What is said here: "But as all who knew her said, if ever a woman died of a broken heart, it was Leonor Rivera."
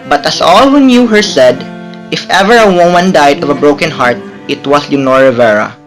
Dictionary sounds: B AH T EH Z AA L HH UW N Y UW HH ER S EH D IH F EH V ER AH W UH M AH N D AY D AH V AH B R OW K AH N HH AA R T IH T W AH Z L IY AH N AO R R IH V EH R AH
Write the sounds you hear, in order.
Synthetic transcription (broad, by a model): B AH T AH S AA L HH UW N Y UW HH ER S EH D IH F EH V ER AH W UH M AH N D AY D AH V AH B R OW K AH N HH AA R T IH T W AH S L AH N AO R R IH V EH R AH